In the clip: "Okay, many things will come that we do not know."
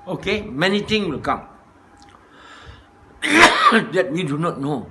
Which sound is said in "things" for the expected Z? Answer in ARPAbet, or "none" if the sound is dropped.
none